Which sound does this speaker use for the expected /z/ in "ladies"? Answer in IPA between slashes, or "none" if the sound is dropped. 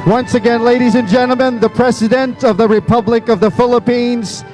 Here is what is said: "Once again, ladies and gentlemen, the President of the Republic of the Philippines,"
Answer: /z/